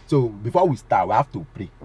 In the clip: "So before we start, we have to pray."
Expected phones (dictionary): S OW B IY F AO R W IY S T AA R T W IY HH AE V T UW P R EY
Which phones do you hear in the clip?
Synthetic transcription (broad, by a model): S OW B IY F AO W IY S T AA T W IY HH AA F T UW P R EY